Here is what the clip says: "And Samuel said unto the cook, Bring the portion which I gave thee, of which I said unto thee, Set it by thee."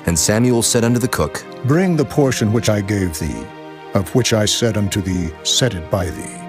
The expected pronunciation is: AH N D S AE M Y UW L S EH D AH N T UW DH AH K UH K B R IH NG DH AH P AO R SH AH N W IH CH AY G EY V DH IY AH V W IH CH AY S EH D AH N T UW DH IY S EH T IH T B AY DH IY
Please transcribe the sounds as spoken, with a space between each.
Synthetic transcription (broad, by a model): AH N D S AE M Y UW L S EH D AH N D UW DH AH K UH K B R IH NG DH AH P AO R SH AH N W IH CH AY G EY V DH IY AH V W IH CH AY S EH D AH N T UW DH IY S EH T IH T B AY DH IY